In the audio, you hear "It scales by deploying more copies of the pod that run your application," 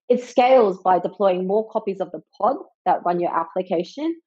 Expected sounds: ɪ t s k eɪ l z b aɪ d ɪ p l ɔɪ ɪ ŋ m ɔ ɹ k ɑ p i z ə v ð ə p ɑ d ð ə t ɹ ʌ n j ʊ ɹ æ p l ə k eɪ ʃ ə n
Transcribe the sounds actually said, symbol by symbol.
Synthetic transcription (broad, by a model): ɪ t s k eɪ l z b aɪ d ɪ p l ɔɪ ɪ ŋ m ɔ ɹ k ɑ p i z ə v ð ə p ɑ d ð ə t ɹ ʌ n j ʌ ɹ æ p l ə k eɪ ʃ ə n